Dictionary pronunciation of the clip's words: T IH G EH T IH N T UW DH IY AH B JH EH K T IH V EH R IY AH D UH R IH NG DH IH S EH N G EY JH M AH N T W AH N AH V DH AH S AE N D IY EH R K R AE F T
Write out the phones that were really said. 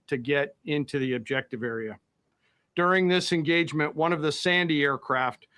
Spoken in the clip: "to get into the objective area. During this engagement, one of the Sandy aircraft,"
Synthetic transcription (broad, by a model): T IH G EH T IH N T UW DH IY AH B JH EH K T IH V EH R IY AH D UH R IH NG DH IH S EH N G EY JH M AH N T W AH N AH V DH AH S AE N D IY EH R K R AE F T